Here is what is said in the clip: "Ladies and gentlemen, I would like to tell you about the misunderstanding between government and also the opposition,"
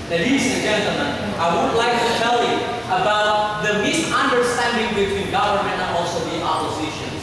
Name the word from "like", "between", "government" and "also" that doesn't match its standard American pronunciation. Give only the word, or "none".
none